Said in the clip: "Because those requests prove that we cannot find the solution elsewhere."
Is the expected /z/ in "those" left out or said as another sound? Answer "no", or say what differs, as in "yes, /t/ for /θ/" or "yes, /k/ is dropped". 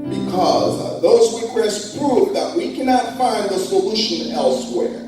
no